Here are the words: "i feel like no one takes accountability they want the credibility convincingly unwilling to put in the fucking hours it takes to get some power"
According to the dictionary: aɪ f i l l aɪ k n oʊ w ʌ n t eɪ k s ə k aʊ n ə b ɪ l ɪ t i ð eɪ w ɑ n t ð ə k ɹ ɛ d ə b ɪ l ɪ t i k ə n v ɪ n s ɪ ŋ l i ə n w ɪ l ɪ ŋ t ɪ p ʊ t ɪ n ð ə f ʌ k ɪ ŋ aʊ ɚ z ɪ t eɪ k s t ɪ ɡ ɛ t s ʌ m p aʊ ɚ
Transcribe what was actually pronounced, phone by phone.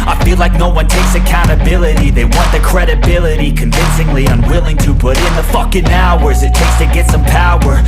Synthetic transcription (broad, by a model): aɪ f i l l aɪ k n oʊ w ʌ n t eɪ k s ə k aʊ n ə b ɪ l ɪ t i ð eɪ w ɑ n ð ə k ɹ ɛ d ə b ɪ l ɪ t i k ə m v ɪ n s ɪ ŋ l i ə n w ɪ l ɪ ŋ t ɪ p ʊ t ɪ n ð ə f ʌ k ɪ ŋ aʊ ɚ z ɪ t eɪ k s t ɪ ɡ ɛ t s ʌ m p aʊ ɚ